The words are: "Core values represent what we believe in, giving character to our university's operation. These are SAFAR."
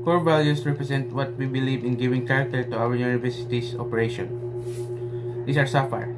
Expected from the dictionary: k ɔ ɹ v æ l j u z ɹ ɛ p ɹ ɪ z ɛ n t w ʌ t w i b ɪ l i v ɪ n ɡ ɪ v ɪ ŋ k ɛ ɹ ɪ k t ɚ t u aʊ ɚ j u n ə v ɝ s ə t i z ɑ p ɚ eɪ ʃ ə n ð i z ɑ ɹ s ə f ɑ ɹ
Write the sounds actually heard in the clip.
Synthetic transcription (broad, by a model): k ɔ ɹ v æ l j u s ɹ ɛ p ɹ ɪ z ɛ n t w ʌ t w i b ɪ l i v ɪ n ɡ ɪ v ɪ ŋ k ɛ ɹ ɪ k t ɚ t u aʊ ɚ j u n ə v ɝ s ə t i s ɑ p ɚ eɪ ʃ ə n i s ɑ ɹ s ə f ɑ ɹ